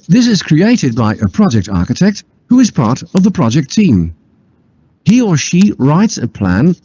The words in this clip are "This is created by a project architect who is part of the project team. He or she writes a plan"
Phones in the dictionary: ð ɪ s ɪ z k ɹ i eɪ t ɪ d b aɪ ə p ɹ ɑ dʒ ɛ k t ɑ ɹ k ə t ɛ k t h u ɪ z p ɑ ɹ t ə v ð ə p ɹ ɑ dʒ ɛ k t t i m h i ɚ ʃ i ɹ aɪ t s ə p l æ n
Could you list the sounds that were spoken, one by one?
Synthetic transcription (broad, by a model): ð ɪ s ɪ z k ɹ i eɪ t ɪ d b aɪ ə p ɹ ɑ dʒ ɛ k t ɑ ɹ k ə t ɛ k t h u ɪ z p ɑ ɹ t ə v ð ə p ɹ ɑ dʒ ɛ k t t i m h i ɚ ʃ i ɹ aɪ t s ə p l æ n